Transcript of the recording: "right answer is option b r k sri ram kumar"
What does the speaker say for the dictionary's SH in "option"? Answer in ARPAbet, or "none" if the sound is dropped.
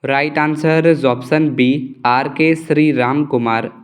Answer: S